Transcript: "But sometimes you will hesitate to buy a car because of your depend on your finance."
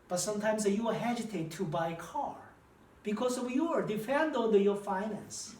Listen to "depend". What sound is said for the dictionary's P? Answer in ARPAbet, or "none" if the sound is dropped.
F